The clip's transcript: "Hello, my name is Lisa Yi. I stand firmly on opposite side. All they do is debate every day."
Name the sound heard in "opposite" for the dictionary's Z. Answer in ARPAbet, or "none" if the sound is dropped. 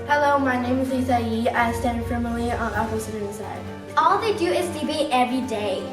S